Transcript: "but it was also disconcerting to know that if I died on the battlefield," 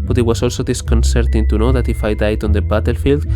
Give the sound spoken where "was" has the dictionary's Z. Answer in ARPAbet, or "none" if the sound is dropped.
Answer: S